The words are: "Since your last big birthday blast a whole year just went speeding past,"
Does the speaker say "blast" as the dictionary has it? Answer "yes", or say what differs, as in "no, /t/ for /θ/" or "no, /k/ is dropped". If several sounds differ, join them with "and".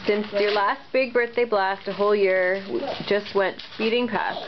yes